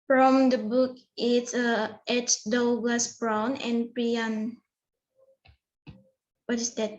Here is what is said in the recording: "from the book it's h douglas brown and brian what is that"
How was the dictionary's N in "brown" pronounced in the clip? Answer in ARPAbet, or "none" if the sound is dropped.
N